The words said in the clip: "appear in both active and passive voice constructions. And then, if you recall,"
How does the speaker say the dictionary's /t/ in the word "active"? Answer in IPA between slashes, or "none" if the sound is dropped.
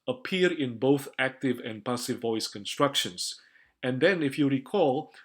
/t/